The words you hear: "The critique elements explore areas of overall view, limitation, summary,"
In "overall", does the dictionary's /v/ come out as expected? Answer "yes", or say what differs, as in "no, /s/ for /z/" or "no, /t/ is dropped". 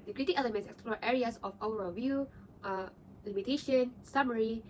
no, /w/ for /v/